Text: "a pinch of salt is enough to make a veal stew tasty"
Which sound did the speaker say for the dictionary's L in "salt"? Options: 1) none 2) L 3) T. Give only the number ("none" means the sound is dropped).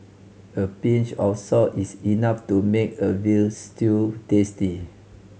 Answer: 1